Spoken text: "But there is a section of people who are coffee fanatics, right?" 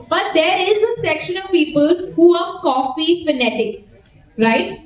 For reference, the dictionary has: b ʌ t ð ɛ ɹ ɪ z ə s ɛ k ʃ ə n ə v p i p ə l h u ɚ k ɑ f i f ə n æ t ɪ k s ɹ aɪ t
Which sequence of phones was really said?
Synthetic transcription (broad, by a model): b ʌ t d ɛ ɹ ɪ z ə s ɛ k ʃ ə n ə v p i p ə l h u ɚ k ɑ f i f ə n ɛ t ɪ k s ɹ aɪ t